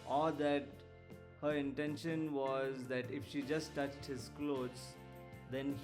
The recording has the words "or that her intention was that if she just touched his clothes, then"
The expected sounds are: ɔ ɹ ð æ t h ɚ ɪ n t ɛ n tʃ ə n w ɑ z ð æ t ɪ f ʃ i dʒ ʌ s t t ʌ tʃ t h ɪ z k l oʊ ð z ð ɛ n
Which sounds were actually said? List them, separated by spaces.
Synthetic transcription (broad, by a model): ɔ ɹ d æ t h ɚ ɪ n t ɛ n ʃ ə n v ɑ z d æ t ɪ f ʃ i dʒ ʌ s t t ʌ tʃ t h ɪ z k l oʊ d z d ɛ n